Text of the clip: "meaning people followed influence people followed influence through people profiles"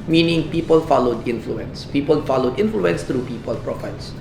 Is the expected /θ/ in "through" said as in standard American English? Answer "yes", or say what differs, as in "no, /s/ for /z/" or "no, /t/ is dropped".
no, /t/ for /θ/